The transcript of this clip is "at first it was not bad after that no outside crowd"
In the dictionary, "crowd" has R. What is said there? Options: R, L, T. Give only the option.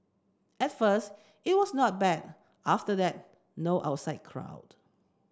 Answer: R